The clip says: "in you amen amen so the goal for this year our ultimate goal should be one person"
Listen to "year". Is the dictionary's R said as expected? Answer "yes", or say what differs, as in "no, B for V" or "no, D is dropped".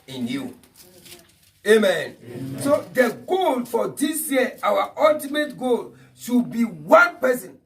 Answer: no, W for R